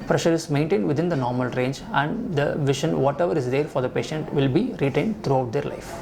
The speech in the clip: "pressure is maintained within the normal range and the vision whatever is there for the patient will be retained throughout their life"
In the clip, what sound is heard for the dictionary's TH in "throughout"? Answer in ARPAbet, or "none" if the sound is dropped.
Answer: T